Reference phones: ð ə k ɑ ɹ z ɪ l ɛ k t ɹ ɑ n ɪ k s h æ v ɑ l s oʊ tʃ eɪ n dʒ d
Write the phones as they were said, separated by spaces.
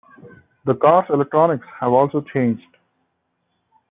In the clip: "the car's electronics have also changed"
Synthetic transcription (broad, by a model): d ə k ɑ ɹ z ɪ l ɛ k t ɹ ɑ n ɪ k s h æ v ɑ l s oʊ tʃ eɪ n dʒ d